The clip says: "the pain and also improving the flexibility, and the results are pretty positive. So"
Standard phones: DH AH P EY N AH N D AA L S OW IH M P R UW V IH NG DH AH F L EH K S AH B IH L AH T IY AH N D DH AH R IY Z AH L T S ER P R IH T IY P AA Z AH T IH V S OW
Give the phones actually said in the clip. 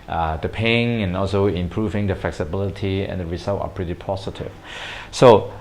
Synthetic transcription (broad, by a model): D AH P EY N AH N AA L S OW IH M P R UW V IH NG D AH F L EH K S AH B IH L AH T IY AH N D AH R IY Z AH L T ER P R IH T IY P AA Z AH T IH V S OW